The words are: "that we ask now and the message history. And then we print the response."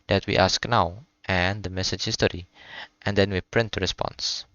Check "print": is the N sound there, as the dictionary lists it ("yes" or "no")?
yes